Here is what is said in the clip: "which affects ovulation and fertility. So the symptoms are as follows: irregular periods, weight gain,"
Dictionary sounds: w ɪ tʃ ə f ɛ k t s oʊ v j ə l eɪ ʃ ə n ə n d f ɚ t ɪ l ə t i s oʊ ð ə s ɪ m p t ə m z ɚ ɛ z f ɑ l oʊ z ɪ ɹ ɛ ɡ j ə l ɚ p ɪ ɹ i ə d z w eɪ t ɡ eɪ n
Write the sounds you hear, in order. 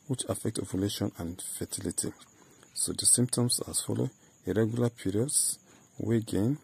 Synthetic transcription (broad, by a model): w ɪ tʃ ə f ɛ k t oʊ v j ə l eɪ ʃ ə n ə n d f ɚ t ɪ l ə t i s oʊ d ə s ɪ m p t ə m s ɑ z f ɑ l oʊ ɪ ɹ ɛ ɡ j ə l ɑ p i ɹ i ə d s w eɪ ɡ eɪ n